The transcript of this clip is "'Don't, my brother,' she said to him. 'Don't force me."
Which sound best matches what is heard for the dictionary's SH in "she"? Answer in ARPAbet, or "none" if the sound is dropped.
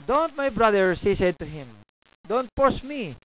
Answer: S